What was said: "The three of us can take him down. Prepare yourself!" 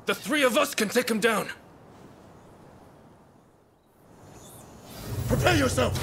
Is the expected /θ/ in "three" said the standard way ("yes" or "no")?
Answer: yes